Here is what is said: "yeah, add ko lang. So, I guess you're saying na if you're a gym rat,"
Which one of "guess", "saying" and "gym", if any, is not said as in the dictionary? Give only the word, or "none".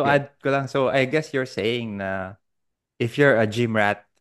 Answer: none